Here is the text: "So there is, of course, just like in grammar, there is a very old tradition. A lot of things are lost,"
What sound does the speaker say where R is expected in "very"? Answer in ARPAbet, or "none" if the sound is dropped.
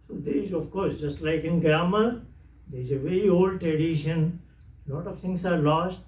R